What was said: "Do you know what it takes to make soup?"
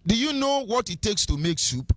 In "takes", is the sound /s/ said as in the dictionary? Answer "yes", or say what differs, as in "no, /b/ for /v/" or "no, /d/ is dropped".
yes